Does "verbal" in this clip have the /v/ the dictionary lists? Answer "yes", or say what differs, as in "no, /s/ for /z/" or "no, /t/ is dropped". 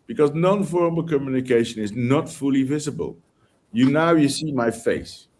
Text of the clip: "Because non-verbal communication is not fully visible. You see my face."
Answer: no, /f/ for /v/